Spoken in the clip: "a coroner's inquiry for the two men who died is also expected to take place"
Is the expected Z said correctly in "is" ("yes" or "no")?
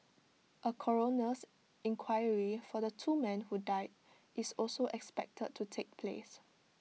no